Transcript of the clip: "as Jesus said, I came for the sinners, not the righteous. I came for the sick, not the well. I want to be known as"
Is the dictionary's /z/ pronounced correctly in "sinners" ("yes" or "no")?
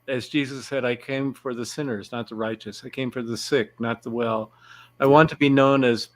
yes